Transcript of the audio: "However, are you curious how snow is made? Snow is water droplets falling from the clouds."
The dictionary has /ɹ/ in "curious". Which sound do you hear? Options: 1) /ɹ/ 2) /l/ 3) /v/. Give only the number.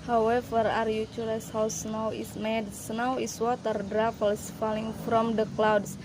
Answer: 2